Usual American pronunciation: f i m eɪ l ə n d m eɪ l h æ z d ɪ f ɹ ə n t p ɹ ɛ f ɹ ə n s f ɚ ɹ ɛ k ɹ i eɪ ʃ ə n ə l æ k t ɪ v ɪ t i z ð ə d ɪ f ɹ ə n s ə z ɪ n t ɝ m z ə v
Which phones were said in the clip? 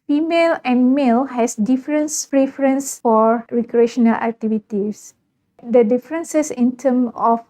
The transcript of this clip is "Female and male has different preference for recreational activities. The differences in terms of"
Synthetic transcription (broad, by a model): f i m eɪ l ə n m eɪ l h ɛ s d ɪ f ɹ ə n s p ɹ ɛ f ɹ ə n s f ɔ ɹ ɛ k ɹ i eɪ ʃ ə n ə l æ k t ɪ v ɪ t i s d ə d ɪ f ɹ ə n s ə s ɪ n t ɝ m ə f